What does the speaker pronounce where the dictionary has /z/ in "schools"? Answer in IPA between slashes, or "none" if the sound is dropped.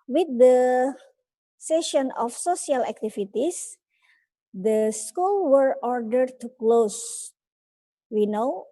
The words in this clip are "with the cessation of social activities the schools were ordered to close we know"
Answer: none